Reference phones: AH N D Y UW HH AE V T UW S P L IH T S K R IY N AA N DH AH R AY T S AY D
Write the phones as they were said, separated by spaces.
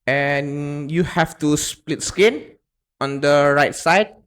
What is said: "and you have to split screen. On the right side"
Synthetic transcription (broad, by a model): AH N Y UW HH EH F T UW S P L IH T S K IY N AA N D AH R AY T S AY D